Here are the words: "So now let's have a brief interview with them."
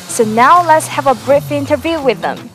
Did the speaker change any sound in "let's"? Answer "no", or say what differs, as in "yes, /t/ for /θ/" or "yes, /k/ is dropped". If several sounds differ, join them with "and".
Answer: no